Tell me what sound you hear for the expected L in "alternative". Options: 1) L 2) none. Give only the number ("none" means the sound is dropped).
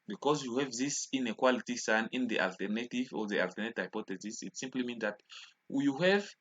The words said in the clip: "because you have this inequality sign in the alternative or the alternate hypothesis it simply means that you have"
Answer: 1